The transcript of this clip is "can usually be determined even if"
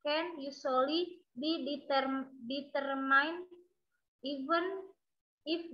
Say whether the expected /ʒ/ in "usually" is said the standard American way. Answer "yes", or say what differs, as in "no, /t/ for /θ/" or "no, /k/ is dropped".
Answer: no, /s/ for /ʒ/